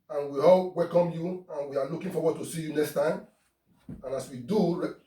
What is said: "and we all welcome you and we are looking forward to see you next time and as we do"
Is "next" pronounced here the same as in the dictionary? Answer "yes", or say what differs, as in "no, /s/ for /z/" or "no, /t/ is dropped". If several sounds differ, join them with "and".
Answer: yes